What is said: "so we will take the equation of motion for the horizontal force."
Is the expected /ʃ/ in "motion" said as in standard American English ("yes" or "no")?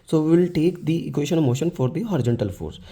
yes